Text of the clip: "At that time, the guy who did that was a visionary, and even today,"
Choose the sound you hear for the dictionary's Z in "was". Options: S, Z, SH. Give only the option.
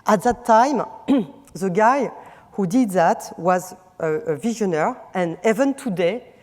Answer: Z